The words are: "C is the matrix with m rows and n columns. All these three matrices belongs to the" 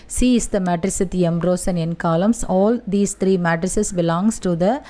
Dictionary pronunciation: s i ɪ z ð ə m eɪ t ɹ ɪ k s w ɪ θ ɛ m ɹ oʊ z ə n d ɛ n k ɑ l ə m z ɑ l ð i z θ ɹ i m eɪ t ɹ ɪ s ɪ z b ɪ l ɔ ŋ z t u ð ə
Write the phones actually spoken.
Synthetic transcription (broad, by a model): s i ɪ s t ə m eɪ t ɹ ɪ s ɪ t ɛ m ɹ oʊ s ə n ɛ n k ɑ l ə m s ɑ l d i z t ɹ i m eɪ t ɹ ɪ s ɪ s b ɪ l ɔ ŋ s t u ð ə